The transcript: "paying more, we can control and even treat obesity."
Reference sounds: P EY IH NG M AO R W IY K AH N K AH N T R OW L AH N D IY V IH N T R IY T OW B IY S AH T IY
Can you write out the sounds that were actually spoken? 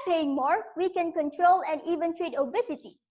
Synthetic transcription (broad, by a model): P EY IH NG M AO R W IY K AH N K AH N T R OW L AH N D IY V IH N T R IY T OW B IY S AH T IY